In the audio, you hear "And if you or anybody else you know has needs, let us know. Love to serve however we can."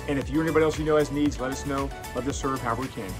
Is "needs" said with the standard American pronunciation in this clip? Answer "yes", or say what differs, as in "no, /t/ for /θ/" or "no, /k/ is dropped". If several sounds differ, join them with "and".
yes